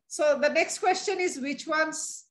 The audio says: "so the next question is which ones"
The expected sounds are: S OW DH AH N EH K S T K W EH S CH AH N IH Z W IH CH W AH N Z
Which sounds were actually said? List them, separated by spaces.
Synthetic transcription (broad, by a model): S OW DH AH N EH K S T K W EH S CH AH N IH Z W IH CH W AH N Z